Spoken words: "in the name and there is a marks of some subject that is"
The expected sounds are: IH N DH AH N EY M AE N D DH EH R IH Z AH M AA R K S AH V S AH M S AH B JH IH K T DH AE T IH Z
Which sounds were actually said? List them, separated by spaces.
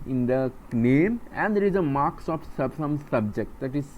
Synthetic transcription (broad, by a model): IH N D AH N EY M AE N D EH R IH Z AH M AA R K S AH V S AH M S AH B JH IH K T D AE T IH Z